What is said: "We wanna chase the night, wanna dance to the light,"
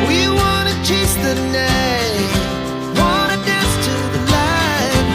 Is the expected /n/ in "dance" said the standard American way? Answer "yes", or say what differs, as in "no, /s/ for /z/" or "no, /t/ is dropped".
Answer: no, /n/ is dropped